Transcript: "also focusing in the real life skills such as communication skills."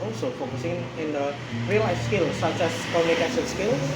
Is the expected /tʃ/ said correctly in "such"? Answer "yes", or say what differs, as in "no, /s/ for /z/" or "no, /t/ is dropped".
no, /s/ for /tʃ/